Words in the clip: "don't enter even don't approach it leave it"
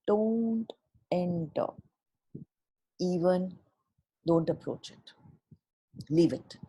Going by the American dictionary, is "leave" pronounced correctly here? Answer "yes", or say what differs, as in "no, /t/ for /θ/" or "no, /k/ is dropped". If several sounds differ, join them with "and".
yes